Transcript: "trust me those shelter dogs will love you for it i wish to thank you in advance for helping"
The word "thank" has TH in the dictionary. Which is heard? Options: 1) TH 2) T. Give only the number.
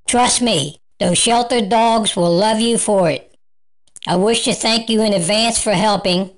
1